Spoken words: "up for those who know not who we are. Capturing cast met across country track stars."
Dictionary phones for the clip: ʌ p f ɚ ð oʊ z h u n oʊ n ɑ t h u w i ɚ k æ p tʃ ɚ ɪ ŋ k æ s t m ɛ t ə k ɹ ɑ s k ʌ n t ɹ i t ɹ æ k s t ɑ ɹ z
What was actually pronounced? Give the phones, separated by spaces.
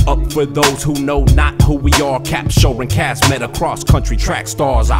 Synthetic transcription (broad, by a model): ʌ p f ɚ ð oʊ z h u n oʊ n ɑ t h u w i ɚ k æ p ʃ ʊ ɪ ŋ k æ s m ɛ t ə k ɹ ɑ s k ʌ n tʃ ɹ i t ɹ æ k s t ɑ ɹ z